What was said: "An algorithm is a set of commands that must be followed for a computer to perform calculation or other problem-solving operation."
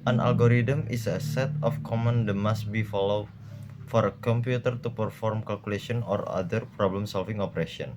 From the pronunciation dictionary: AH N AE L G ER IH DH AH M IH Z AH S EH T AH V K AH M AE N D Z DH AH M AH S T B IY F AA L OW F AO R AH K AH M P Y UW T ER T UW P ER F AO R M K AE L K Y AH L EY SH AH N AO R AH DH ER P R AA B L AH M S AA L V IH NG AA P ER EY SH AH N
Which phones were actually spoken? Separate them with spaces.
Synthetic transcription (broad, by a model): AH N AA L G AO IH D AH M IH S AH S EH T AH F K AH M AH N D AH M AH S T B IY F AA L OW F AO R AH K AH M P Y UW T ER T UW P ER F AO R M K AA L K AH L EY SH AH N AO R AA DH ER P R AA B L AH M S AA L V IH NG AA P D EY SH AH N